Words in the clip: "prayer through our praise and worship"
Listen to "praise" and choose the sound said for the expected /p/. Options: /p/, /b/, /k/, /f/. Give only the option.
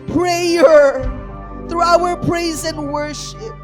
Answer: /p/